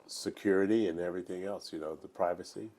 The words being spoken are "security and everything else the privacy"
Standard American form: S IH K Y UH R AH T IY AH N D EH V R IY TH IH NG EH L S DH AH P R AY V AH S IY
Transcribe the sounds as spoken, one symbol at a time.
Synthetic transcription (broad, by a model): S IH K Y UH R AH T IY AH N EH V R IY TH IH NG EH L S DH AH P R AY V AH S IY